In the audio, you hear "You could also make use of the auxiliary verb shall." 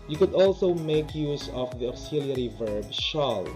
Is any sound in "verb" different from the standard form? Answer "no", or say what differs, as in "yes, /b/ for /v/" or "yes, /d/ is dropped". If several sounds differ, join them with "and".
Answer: no